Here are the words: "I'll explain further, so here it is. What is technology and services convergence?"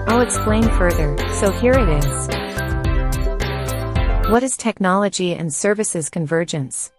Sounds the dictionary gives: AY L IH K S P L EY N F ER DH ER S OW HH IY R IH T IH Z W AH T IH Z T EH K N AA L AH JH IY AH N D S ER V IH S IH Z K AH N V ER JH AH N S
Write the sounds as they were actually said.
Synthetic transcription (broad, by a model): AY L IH K S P L EY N F ER DH ER S OW HH IY R IH T IH Z W AH T IH Z T EH K N AA L AH JH IY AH N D S ER V IH S IH Z K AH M V ER JH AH N S